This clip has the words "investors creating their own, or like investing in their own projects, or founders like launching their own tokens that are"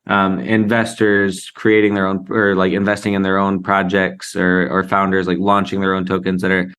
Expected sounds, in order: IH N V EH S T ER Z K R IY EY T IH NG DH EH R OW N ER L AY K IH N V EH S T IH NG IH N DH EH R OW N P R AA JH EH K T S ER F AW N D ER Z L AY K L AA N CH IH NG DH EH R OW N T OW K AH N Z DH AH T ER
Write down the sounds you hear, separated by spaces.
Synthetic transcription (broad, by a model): IH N V EH S T ER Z K R IY EY T IH NG DH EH R OW N ER L AY K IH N V EH S T IH NG IH N DH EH R OW N P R AA JH EH K T S ER F AW N D ER Z L AY K L AA N CH IH NG DH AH R OW N T OW K AH N Z DH AH T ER